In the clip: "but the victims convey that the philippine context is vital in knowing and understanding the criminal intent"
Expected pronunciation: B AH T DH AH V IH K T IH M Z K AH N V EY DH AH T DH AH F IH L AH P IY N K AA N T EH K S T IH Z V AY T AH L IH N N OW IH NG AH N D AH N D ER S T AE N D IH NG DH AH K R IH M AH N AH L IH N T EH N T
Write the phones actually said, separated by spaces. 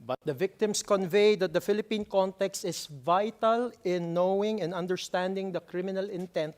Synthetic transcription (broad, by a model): B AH T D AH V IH K T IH M S K AH N V EY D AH T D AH F IH L AH P IY N K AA N T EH K S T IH S V AY T AH L IH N N OW IH NG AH N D AH N D ER S T AE N D IH NG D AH K R IH M AH N AH L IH N T EH N T